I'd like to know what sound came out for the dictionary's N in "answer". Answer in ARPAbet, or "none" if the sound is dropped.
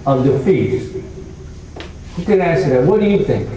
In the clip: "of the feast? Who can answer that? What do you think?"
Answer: none